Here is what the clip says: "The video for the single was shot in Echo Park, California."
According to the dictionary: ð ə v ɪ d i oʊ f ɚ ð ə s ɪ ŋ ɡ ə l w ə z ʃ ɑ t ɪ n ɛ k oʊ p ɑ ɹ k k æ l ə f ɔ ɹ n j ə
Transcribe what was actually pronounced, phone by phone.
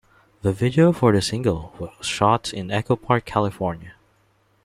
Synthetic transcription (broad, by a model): ð ə v ɪ d i oʊ f ɚ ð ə s ɪ ŋ ɡ ə l w ə z ʃ ɑ t ɪ n ɛ k oʊ p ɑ ɹ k k æ l ə f ɔ ɹ n j ə